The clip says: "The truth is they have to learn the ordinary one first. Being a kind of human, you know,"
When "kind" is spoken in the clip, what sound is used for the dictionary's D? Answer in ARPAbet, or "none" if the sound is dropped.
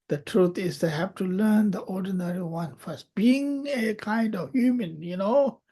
D